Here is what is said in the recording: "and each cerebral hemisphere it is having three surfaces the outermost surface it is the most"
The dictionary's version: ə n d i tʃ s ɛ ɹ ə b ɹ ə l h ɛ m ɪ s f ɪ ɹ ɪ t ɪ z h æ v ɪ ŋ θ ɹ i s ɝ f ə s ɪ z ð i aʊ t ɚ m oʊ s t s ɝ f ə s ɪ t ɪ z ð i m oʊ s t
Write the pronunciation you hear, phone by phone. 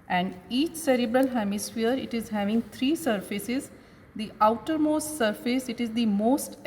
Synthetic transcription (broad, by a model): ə n d i tʃ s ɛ ɹ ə b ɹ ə l h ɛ m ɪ s f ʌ ɹ ɪ t ɪ z h æ v ɪ ŋ t ɹ i s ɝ f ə s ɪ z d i aʊ t ɚ m oʊ s t s ɝ f ə s ɪ t ɪ z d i m oʊ s t